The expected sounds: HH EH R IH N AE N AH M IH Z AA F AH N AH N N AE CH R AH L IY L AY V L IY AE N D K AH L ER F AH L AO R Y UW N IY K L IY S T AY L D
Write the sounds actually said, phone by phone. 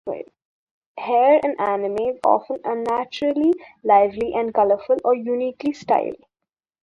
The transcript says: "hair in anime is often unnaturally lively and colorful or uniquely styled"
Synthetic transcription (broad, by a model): HH EH R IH N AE N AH M IH Z AA F AH N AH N N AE CH R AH L IY L AY V L IY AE N D K AH L ER F AH L AO R Y UW N IY K L IY S T AY L